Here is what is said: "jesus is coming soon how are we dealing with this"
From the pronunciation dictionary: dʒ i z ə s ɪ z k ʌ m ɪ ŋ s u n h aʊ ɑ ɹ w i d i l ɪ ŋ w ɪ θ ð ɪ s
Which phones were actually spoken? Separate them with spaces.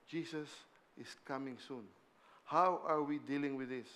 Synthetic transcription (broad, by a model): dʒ i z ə s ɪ s k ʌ m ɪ ŋ s u n h aʊ ɑ ɹ w i d i l ɪ ŋ w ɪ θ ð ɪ s